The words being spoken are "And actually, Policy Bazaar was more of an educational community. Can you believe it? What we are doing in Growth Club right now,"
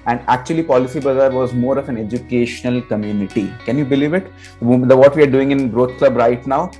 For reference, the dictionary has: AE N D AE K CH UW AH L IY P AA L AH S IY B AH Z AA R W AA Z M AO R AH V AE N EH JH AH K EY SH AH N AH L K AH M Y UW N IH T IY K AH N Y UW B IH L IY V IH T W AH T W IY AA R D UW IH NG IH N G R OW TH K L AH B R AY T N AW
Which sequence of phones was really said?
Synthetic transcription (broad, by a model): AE N D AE K CH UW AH L IY P AA L AH S IY B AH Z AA R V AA Z M AO R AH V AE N EH JH AH K EY SH AH N AH L K AH M Y UW N IH T IY K AH N Y UW B IH L IY V IH T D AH T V IY AA R D UW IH NG IH N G R OW T K L AH B R AY T N AW